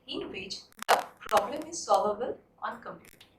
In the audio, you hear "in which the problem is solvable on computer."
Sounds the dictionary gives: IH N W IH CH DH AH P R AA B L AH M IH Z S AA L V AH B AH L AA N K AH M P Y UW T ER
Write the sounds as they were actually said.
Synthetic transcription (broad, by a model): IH N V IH CH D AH P R AA B L AH M IH Z S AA L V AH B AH L AA N K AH M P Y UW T